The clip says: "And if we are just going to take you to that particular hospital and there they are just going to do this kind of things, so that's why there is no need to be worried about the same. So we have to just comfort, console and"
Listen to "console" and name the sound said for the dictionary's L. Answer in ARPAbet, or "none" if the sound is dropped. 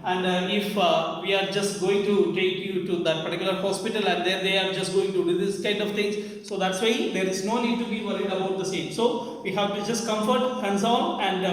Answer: N